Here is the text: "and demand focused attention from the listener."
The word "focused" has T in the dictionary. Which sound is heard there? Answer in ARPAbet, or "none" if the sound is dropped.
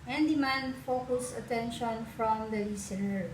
none